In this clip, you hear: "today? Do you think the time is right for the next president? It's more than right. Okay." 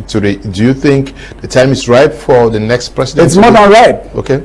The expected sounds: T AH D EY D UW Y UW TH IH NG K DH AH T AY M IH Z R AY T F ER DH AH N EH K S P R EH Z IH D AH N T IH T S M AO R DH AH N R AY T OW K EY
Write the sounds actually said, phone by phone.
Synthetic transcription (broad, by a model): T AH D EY D UW Y UW TH IH NG K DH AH T AY M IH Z R AY T F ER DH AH N EH K S P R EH S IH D IH T S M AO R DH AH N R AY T OW K EY